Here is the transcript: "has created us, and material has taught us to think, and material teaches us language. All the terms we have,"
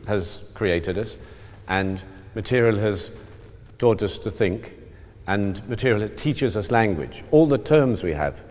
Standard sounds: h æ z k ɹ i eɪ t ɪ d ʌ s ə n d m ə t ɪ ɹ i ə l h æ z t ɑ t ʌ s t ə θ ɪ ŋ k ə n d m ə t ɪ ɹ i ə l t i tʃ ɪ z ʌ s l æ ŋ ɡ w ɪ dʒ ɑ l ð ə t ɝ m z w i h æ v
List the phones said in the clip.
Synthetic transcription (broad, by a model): h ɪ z k ɹ i eɪ t ɪ d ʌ s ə n m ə t ɪ ɹ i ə l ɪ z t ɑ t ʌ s t ə θ ɪ ŋ k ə n m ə t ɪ ɹ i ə l t i tʃ ɪ z ʌ s l æ ŋ ɡ w ɪ dʒ ɑ l ð ə t ɝ m z w i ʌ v